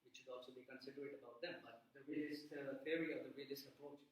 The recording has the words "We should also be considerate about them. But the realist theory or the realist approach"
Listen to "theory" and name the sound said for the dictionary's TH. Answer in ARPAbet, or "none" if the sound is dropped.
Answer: F